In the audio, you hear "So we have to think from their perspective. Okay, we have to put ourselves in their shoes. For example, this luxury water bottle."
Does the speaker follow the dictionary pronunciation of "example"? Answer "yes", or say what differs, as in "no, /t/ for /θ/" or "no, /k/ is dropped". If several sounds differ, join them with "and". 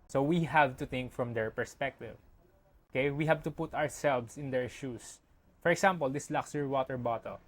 no, /s/ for /z/